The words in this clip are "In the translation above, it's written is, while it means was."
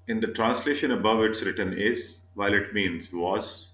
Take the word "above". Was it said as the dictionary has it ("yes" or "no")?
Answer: yes